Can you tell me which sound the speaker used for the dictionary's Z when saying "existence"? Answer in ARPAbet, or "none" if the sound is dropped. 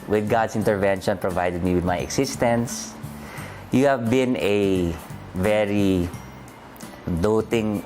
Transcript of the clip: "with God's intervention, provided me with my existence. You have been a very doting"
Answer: S